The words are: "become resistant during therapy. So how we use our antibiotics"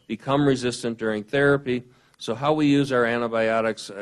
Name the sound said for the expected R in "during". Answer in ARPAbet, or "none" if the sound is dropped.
R